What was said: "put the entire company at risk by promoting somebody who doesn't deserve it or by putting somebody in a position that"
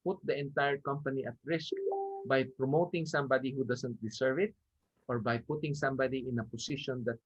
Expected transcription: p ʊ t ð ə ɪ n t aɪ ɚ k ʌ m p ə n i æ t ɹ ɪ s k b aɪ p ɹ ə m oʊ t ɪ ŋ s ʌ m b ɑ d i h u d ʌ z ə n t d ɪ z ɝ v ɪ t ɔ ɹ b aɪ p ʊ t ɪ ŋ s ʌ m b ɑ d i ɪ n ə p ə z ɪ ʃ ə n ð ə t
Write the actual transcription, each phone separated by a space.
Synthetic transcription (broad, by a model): p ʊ t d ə ɪ n t aɪ ɚ k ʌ m p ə n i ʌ t ɹ ɪ s k b aɪ p ɹ ə m oʊ t ɪ ŋ s ʌ m b ɑ d i h u d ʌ s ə n t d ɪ s ɝ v ɪ t ɔ ɹ b aɪ p ʊ t ɪ ŋ s ʌ m b ɑ d i ɪ n ə p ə s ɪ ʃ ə n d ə t